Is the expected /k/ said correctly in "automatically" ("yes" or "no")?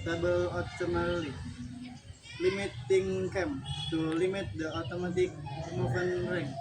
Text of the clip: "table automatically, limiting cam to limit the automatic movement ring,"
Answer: no